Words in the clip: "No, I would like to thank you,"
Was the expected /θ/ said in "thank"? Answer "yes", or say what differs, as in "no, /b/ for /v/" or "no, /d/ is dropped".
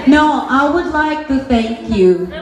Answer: yes